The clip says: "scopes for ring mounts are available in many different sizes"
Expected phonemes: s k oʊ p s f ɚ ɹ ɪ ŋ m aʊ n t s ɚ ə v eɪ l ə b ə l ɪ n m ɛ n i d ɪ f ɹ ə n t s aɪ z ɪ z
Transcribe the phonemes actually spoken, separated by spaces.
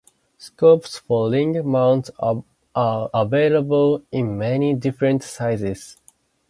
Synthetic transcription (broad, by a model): s k oʊ p s f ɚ l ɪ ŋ m aʊ n t s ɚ ə v eɪ l ə b ə l ɪ n m ɛ n i d ɪ f ɹ ə n t s aɪ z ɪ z